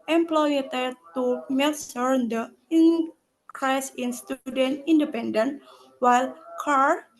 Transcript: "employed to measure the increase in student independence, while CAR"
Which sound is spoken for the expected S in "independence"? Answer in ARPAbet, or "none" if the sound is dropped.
none